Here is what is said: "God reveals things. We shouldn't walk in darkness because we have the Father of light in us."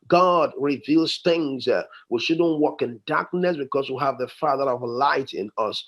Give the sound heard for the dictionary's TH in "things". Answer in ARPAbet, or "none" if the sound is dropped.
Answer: TH